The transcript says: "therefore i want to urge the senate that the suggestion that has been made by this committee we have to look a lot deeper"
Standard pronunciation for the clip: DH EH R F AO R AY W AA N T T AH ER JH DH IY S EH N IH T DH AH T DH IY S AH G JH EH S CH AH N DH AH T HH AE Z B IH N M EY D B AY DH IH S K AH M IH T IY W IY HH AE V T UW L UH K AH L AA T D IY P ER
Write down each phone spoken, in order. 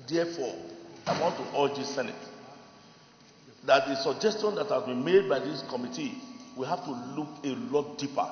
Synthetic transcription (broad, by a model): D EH F AO AY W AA N T T AH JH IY S EH N IH T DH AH T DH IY S AH G JH EH S CH AH N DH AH T HH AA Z B IH N M EY D B AY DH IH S K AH M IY T IY W IY HH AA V T UW L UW K AH L AA T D IY P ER